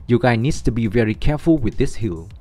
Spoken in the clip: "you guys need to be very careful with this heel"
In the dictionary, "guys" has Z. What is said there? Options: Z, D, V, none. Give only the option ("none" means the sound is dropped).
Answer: none